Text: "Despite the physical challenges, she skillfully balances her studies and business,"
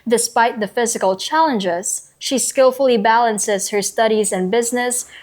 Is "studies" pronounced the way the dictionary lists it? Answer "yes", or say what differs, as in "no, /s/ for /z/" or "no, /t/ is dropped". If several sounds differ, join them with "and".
yes